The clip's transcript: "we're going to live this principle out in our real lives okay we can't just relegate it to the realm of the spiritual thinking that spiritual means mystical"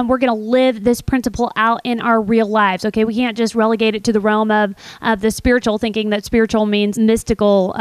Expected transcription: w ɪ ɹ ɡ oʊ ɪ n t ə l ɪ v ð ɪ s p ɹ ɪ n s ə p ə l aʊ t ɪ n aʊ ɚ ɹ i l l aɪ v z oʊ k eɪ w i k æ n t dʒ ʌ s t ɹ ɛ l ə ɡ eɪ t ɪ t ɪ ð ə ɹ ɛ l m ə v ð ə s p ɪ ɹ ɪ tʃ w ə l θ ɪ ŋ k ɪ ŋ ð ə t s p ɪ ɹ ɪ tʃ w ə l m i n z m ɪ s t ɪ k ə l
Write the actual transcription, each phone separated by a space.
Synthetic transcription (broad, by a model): w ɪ ɹ ɡ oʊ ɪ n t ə l ɪ v ð ɪ s p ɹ ɪ n s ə p l aʊ t ɪ n aʊ ɚ ɹ i l l aɪ v z oʊ k eɪ w i k æ n dʒ ʌ s t ɹ ɛ l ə ɡ eɪ t ɪ t ɪ ð ə ɹ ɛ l m ə v ð ə s p ɪ ɹ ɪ tʃ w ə l θ ɪ ŋ k ɪ ŋ ð ə t s p ɪ ɹ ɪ tʃ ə l m i n z m ɪ s t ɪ k l